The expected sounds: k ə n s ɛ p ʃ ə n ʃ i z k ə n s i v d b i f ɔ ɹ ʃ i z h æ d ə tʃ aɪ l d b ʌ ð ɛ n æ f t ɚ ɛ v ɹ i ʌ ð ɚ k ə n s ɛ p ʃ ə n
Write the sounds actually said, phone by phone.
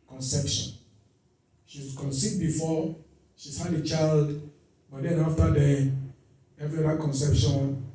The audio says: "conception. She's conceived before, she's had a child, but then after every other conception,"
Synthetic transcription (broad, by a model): k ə n s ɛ p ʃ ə n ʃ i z k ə n s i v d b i f ɔ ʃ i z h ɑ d ə tʃ aɪ l d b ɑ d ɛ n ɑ f t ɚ ɛ v ɹ i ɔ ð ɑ k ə n s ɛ p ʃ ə n